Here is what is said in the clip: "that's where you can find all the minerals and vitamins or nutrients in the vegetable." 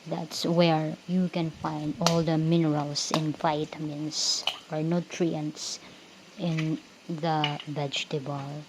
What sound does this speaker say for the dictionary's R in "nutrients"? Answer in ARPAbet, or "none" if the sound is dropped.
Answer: R